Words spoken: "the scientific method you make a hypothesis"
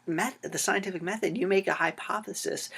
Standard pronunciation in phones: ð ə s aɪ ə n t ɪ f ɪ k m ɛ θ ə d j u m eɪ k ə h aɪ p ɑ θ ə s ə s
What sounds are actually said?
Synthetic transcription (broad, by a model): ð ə s aɪ ə n t ɪ f ɪ k m ɛ θ ə d j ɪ m eɪ k ə h aɪ p ɑ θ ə s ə s